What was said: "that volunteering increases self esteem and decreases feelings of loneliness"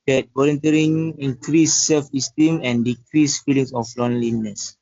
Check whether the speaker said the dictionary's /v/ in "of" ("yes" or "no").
no